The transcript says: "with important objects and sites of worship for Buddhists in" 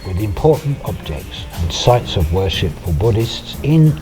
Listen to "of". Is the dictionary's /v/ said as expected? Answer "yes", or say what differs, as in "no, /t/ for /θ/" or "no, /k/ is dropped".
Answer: yes